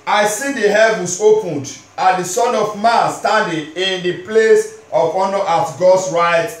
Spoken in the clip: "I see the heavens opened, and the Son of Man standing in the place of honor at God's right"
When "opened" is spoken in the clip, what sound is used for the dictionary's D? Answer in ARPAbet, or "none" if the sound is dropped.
D